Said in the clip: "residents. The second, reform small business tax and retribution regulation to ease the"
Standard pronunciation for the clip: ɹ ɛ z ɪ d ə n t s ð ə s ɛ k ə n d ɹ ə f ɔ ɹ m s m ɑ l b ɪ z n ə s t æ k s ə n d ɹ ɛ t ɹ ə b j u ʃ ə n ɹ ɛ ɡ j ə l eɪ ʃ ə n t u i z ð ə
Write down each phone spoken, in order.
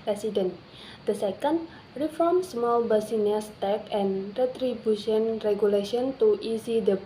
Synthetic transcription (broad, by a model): ɹ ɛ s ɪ d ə n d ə s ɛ k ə n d ɹ ə f ɔ ɹ m s m ɑ l b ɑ s n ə s t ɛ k ə n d ɹ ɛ t ɹ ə b j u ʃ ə n ɹ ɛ ɡ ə l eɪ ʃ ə n t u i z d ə